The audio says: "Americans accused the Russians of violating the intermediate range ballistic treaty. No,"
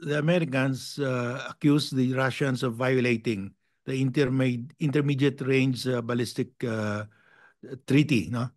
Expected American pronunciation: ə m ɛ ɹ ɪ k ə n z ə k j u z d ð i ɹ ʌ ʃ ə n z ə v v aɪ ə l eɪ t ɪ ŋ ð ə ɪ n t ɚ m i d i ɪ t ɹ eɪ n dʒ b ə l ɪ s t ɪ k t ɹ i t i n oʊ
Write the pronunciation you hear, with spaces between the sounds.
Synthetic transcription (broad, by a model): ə m ɛ ɹ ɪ k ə n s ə k j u s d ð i ɹ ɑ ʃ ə n s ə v v aɪ ə l eɪ t ɪ ŋ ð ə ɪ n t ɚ m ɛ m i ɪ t ɹ eɪ n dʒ b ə l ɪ s t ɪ k t ɹ i t i n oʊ